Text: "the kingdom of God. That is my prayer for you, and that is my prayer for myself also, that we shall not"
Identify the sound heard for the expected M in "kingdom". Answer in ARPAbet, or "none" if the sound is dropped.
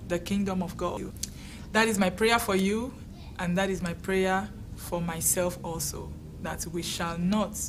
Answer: M